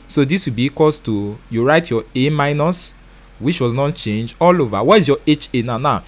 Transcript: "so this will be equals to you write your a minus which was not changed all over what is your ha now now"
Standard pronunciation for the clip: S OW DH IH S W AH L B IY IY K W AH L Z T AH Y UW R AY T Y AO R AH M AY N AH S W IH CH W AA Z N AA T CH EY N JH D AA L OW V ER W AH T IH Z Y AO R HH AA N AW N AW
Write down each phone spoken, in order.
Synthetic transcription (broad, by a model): S OW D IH S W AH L B IY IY K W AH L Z T AH Y UW R AY T Y AO AH M AY N AH S W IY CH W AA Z N AA T CH EY N JH AA L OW V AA W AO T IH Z Y AO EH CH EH N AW N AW